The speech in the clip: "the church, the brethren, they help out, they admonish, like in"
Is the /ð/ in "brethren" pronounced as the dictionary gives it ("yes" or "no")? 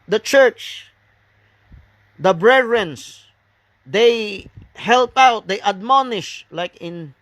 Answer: no